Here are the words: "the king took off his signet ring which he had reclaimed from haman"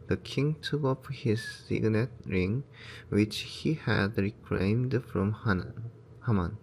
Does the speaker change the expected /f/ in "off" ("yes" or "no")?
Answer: yes